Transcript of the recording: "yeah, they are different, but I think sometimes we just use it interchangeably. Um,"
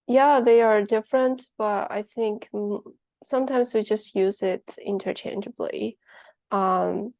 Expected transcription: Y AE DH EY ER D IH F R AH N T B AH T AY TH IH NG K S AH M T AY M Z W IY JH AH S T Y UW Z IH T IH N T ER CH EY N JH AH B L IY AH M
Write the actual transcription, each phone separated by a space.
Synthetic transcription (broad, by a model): Y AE DH EY ER D IH F R AH N T B AH T AY TH IH NG K S AH M T AY M Z W IY JH AH S T Y UW Z IH T IH N T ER CH EY N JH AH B L IY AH M